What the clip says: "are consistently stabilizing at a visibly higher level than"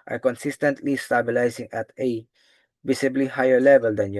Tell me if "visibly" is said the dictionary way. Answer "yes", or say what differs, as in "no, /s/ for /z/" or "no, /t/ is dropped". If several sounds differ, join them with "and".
no, /s/ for /z/